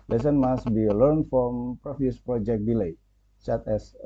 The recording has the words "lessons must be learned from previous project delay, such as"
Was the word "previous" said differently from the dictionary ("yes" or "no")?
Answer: yes